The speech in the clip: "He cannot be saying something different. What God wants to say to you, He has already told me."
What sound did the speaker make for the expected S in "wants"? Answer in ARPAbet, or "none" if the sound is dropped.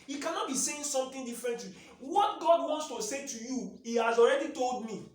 S